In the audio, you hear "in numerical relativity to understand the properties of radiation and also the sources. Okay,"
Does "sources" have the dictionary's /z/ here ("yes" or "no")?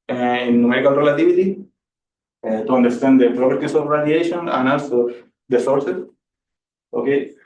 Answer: no